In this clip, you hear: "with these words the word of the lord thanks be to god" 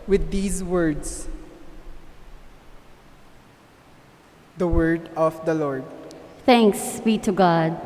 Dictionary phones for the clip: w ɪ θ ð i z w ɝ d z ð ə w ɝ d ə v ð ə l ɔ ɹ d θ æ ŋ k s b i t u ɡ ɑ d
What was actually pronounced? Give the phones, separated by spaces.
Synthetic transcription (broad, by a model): w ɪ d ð i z w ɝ d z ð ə w ɝ d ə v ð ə l ɔ ɹ d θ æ ŋ k s b i t u ɡ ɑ d